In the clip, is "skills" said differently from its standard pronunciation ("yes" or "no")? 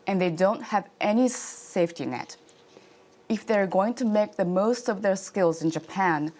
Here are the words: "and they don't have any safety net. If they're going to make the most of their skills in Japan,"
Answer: no